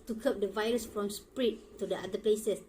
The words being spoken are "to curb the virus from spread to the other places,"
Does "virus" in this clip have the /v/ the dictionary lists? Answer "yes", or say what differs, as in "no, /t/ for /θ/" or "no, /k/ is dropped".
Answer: yes